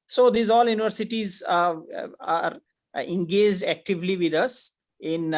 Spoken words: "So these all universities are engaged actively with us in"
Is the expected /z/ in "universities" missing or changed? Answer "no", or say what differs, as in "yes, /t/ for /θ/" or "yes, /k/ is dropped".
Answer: no